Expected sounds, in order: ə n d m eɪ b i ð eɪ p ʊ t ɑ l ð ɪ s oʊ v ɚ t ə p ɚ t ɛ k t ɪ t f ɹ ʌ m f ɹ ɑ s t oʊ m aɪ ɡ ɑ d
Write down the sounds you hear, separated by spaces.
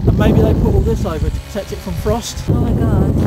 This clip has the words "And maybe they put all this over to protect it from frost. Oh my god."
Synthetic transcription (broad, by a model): ə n m eɪ b i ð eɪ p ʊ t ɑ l ð ɪ s oʊ v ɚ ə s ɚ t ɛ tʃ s ɪ t f ɹ ʌ m f ɹ ɑ s t oʊ m aɪ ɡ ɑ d